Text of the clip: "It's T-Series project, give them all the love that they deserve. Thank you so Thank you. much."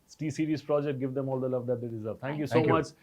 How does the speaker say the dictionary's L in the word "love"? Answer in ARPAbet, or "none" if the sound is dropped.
L